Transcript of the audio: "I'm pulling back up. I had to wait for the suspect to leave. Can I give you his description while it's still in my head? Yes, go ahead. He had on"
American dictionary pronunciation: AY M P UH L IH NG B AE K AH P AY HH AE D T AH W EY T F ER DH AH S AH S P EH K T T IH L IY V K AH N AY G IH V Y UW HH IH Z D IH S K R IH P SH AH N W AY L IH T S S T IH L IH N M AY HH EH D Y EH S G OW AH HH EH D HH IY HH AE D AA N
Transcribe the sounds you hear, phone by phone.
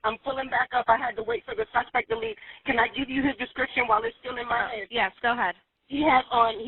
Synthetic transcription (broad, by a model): AY M F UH L IH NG B AE K AH P AY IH D T AH W EY T F ER DH AH S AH S P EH K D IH L IY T K AH N AY G IH V Y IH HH IH Z D IH S K R IH P SH AH N W AY L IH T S S T IH L IH N M AY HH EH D Y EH S G OW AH HH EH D HH IY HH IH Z N